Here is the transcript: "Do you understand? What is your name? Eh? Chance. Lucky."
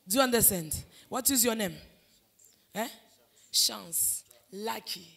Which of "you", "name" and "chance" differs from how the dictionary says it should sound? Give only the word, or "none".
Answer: chance